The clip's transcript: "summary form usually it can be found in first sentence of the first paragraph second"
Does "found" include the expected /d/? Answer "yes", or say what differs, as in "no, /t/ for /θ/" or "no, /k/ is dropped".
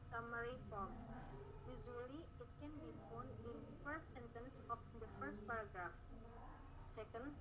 no, /d/ is dropped